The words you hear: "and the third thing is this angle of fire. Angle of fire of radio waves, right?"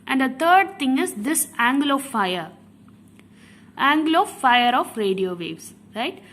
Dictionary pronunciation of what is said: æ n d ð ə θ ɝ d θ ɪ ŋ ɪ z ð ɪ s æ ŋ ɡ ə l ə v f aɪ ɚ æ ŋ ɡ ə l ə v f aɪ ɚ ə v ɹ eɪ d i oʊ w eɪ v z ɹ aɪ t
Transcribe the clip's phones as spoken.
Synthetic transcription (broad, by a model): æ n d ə t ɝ d t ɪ ŋ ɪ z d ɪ s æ ŋ ɡ l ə f aɪ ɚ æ ŋ ɡ l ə f aɪ ɚ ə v ɹ eɪ d i oʊ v eɪ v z ɹ aɪ t